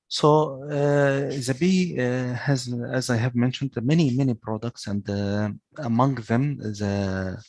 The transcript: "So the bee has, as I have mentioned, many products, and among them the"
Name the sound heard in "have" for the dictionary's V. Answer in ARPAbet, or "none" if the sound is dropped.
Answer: V